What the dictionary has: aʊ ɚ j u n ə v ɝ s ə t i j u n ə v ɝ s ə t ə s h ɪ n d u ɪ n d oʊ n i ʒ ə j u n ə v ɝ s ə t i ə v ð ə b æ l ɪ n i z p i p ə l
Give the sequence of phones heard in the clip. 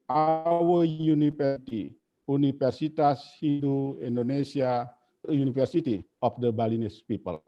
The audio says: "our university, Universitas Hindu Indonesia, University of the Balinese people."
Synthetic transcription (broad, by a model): aʊ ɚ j u n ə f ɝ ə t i u n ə f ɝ s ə t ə s h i d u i n d oʊ n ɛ s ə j u n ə f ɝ s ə t i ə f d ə b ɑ l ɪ n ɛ s p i p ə l